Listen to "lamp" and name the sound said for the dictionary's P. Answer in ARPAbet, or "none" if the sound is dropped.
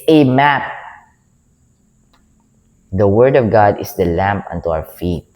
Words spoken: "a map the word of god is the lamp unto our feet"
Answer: P